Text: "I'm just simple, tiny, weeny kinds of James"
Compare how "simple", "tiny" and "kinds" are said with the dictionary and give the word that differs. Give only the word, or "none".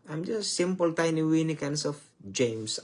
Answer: kinds